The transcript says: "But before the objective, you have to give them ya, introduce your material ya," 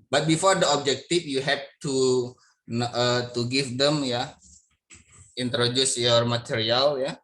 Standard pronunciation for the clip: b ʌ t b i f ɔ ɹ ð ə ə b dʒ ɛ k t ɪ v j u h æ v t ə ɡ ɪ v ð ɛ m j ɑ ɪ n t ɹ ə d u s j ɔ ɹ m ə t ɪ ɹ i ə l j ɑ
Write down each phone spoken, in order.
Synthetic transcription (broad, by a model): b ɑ t b i f ɔ ɹ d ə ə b dʒ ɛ k t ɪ f j u h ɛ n t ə ɡ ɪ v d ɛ m j ɑ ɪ n t ɹ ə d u s j ɔ ɹ m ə t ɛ ɹ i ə l j ɑ